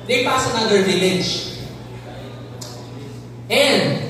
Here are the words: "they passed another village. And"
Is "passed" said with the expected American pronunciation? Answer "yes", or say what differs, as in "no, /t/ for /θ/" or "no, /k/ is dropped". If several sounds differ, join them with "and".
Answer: no, /t/ is dropped